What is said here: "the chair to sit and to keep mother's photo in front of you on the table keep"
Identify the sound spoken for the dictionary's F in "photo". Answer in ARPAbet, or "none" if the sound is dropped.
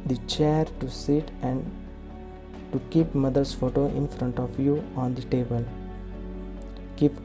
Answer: F